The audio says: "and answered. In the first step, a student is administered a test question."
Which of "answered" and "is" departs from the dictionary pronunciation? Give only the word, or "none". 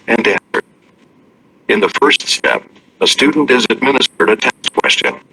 none